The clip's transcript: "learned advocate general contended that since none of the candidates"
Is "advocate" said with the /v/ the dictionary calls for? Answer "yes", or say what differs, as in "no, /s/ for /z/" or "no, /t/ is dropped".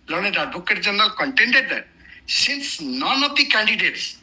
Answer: no, /b/ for /v/